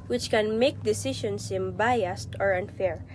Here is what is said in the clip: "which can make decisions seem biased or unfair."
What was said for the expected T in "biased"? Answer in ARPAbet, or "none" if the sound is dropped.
T